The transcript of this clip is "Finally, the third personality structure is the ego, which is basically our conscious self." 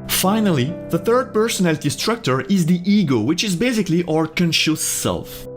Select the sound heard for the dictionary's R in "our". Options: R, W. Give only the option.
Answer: R